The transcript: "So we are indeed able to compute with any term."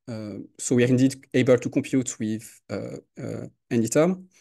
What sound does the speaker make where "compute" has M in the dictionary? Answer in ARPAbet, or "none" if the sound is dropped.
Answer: M